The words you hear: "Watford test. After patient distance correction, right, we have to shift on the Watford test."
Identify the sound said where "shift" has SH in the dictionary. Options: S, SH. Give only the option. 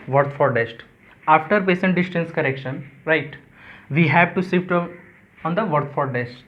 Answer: S